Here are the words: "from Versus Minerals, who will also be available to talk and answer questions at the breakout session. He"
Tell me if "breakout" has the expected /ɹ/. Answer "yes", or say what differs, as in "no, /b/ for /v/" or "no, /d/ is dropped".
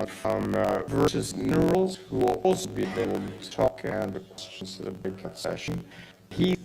no, /ɹ/ is dropped